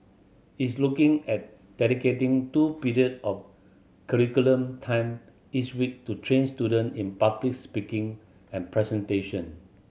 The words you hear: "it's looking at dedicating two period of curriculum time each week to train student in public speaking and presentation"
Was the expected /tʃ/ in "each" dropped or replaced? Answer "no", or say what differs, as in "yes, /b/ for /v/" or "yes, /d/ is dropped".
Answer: yes, /s/ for /tʃ/